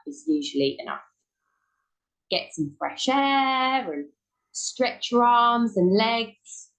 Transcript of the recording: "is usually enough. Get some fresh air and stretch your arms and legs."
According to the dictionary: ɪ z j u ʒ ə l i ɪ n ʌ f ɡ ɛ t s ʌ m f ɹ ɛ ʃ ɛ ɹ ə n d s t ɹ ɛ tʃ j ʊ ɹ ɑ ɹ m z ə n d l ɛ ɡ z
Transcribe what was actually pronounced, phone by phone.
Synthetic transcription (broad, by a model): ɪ z j u ʒ ə l i ɪ n ʌ f ɡ ɛ t s ʌ m f ɹ ɛ ʃ ɛ ɹ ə n s t ɹ ɛ tʃ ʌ ɹ ɑ m z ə n l ɛ ɡ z